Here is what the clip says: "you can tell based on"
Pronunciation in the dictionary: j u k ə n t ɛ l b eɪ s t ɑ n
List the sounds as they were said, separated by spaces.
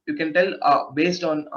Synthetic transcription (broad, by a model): j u k ə n t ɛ l b eɪ s t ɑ n